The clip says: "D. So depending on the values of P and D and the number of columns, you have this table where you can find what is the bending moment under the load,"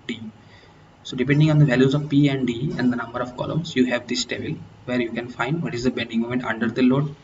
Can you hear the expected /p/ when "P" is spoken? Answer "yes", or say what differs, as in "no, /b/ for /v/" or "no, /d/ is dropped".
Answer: yes